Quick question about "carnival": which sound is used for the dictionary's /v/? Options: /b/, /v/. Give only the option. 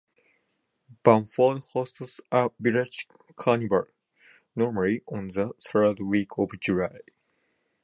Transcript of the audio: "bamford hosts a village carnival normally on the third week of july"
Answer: /b/